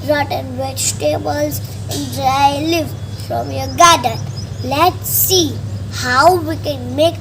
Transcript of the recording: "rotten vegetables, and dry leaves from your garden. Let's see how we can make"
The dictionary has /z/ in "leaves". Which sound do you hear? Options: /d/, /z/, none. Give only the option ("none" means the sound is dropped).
none